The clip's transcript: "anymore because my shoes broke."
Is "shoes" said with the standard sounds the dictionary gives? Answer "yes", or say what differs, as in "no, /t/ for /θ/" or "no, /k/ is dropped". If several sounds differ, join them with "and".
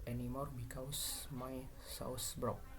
no, /s/ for /ʃ/